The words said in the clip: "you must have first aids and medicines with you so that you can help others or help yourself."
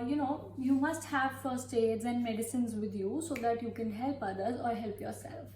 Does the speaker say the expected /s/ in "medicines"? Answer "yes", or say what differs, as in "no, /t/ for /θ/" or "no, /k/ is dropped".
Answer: yes